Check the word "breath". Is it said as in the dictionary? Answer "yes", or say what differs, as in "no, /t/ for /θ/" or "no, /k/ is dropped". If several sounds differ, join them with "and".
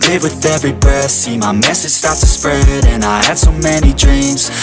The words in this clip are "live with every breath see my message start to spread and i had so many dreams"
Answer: no, /ɹ/ is dropped